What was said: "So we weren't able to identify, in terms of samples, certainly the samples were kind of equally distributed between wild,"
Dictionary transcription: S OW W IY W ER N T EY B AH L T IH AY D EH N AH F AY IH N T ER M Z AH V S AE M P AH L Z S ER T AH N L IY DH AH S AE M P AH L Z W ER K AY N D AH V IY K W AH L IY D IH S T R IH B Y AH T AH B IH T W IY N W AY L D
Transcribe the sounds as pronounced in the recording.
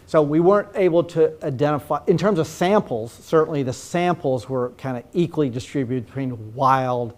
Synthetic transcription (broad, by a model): S OW W IY W ER N T EY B L T IH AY D EH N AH F AY IH N T ER M Z AH V S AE M P L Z S ER T N L IY DH AH S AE M P L Z W ER K AY N D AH IY K W AH L IY D IH S T R IH B Y AH T AH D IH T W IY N W AY L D